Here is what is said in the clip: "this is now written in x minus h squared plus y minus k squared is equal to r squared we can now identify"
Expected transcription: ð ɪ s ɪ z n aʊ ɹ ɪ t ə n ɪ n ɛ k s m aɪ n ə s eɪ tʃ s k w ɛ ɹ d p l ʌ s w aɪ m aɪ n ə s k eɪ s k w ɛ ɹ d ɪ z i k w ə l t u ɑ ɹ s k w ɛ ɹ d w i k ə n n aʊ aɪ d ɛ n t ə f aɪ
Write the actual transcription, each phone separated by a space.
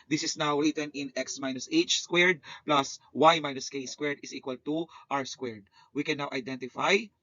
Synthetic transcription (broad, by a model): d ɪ s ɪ s n aʊ ɹ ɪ t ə n ɪ n ɛ k s m aɪ n ə s eɪ tʃ s k w ɛ ɹ d p l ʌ s w aɪ m aɪ n ə s k eɪ s k w ɛ ɹ d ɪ s i k w ə l t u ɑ w s k w ɛ ɹ d w i k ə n n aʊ aɪ d ɛ n t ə f aɪ